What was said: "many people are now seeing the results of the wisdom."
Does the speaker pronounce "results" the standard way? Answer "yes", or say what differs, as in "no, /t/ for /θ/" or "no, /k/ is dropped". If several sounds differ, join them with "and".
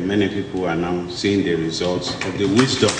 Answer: yes